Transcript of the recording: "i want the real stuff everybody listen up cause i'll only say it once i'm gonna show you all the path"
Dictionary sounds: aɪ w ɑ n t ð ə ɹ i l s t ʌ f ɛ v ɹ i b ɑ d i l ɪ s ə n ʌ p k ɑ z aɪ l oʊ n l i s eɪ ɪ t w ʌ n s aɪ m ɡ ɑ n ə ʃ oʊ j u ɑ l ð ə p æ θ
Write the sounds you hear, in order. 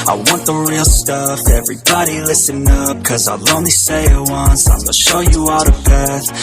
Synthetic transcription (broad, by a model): aɪ w ɑ n ð ə ɹ i l s t ʌ f ɛ v ɹ i b ɑ d i l ɪ s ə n ʌ p k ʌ z aɪ l oʊ n l i s eɪ ɪ t w ʌ n s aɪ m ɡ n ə ʃ oʊ j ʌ ɑ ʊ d ə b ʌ θ